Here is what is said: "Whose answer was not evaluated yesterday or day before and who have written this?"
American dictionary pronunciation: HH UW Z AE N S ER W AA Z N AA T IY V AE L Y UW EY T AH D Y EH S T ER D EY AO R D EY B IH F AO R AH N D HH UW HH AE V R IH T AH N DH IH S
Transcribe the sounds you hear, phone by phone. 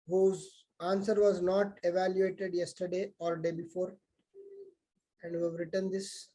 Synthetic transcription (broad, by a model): HH UW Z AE N S ER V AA Z N AA T IY V AE L Y UW EY T AH D Y EH S T ER D EY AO L D EY B IH F AO R AH N D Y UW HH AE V R IH T AH N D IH S